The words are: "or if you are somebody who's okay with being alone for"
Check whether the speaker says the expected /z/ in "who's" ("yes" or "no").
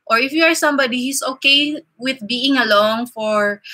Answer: no